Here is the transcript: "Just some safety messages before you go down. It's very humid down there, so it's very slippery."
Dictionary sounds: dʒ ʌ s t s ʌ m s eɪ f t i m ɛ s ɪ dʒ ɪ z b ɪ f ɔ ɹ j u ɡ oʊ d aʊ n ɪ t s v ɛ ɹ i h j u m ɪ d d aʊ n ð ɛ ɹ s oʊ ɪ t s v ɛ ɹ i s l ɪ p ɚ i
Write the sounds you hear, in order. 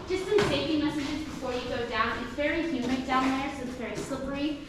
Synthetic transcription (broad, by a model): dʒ ʌ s s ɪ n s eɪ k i m ɛ s ɪ dʒ ɪ z b ɪ f ɔ ɹ j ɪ ɡ oʊ d aʊ n ɪ t s v ɛ ɹ i h j u m ɪ d d aʊ n ð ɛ ɹ s oʊ ɪ t s v ɛ ɹ i s l ɪ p ɚ i